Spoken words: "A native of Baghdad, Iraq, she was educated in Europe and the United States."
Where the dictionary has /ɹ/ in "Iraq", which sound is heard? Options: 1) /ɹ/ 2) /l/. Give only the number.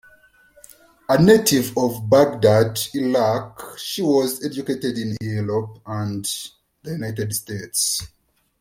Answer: 2